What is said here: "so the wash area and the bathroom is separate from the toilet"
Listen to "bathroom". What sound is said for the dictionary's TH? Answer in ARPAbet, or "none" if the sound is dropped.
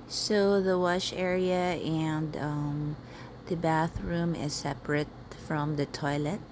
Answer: TH